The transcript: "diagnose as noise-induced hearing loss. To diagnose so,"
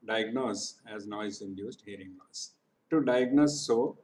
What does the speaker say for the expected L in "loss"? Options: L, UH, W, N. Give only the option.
N